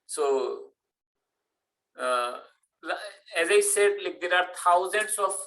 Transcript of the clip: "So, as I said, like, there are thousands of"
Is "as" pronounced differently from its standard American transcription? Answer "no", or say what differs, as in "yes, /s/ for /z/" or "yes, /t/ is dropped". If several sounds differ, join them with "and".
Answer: no